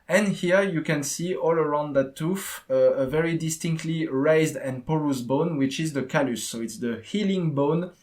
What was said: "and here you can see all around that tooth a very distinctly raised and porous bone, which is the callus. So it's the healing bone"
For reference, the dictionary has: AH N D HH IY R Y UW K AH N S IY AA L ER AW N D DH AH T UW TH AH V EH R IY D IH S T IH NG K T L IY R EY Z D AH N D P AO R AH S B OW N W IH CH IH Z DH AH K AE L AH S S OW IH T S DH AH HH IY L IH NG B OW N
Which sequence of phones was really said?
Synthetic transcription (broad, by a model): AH N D HH IY R Y UW K AH N S IY AA L ER AW N D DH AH T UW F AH V EH R IY D IH S T IH NG K T L IY R EY Z D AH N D P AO R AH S B OW N W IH CH IH Z DH AH K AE L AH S S OW IH T S DH AH HH IY L IH NG B OW N